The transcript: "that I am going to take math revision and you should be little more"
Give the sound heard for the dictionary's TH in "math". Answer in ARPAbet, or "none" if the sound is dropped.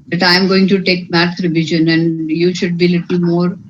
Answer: T